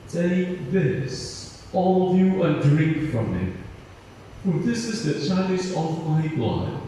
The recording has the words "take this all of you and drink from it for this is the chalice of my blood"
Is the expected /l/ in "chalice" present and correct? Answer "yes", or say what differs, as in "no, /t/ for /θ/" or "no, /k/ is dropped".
no, /n/ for /l/